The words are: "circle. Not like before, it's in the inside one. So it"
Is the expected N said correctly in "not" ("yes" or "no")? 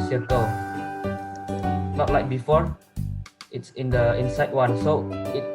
no